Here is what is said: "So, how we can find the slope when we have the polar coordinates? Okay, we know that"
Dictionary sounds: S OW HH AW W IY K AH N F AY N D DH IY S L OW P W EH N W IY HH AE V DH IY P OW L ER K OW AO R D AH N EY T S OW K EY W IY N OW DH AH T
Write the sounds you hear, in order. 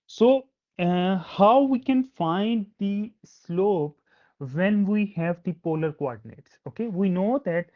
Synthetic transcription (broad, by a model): S OW HH AW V IY K AH N F AY N D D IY S L OW P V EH N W IY HH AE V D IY P OW L ER K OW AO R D N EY T S OW K EY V IY N OW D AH T